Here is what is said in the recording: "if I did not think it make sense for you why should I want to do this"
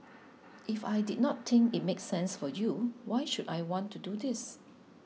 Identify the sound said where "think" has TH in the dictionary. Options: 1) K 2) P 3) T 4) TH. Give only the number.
3